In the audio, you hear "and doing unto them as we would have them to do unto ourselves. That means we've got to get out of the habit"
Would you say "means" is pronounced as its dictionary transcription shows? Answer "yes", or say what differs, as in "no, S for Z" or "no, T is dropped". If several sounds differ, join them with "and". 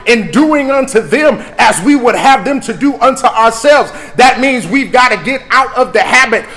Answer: yes